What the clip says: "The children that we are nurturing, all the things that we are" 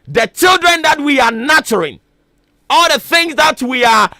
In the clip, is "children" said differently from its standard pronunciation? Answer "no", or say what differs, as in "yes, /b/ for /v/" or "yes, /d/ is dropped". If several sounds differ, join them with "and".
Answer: no